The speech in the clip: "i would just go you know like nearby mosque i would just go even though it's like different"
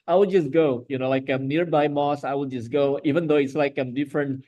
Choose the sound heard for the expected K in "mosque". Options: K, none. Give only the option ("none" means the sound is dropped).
none